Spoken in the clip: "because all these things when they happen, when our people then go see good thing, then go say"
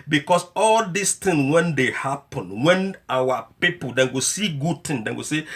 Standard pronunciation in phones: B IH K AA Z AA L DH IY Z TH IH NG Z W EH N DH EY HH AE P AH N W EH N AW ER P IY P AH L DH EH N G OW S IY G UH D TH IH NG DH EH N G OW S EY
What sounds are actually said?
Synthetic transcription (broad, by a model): B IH K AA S AA L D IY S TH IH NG W EH N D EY HH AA P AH N W EH N AW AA P IY P AH L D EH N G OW S IY G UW D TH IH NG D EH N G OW S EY